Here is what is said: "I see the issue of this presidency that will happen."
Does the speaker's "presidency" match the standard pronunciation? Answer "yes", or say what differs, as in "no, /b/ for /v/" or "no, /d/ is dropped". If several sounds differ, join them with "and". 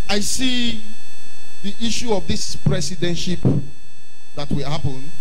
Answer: no, /s/ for /z/ and /ʃ/ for /s/